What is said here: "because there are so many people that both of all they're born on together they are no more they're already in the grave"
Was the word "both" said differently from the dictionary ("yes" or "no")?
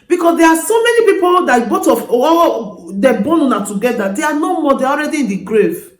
yes